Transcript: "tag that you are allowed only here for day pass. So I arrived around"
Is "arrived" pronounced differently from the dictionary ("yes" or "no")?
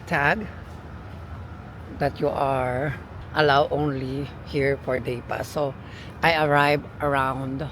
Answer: yes